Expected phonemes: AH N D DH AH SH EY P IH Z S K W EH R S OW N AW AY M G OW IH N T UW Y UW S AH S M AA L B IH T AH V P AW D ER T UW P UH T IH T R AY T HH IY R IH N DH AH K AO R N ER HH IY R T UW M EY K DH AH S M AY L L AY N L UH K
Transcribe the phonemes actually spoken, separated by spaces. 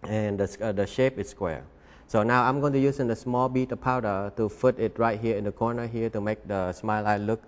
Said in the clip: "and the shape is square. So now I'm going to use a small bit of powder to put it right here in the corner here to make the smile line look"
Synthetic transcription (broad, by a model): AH N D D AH SH EY P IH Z S K W EH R S OW N AW AY M G OW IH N T UW Y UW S AH S M AA L B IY T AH P AW D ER T UW F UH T IH T R AY T HH IY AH IH N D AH K AO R N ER HH IY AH T UW M EY K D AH S M AY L L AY L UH K